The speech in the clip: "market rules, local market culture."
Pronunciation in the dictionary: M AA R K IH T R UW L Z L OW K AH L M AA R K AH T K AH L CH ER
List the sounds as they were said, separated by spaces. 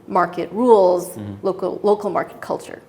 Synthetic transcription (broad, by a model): M AA R K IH T R UW L Z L OW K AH L M AA R K AH T K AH L CH ER